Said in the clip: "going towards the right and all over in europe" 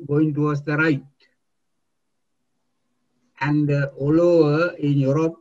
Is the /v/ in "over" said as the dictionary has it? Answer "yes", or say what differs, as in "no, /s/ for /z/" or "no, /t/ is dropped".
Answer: no, /v/ is dropped